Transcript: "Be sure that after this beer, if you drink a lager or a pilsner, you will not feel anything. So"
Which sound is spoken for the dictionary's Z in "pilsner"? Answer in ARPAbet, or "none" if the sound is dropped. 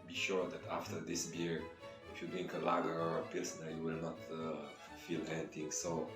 S